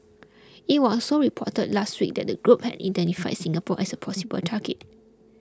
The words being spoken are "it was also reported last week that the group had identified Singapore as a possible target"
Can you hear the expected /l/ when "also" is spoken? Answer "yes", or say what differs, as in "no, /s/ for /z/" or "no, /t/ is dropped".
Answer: no, /l/ is dropped